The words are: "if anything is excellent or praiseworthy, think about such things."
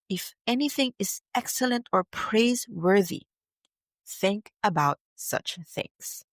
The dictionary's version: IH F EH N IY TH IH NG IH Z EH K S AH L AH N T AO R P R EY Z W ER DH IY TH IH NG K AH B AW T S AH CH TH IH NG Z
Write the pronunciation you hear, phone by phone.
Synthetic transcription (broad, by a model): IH F EH N IY TH IH NG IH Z EH K S AH L AH N T AO R P R EY Z W ER DH IY TH IH NG K AH B AW T S AH CH TH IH NG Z